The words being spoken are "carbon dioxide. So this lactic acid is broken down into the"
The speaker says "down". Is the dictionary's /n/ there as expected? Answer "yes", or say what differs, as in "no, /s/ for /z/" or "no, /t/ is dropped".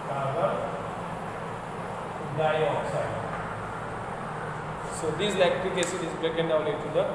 no, /l/ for /n/